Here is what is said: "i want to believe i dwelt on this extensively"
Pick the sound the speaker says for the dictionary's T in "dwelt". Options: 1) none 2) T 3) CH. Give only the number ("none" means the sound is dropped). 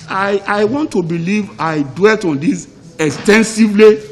2